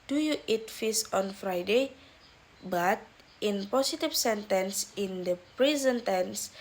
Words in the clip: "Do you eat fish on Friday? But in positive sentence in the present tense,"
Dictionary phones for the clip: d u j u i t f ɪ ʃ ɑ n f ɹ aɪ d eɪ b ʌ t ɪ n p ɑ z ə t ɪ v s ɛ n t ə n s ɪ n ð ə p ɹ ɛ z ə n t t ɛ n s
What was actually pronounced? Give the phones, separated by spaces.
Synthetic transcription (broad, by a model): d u j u i t f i s ɑ n f ɹ aɪ d eɪ b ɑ t ɪ n p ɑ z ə t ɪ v s ɛ n t ə n s ɪ n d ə p ɹ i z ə n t t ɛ n s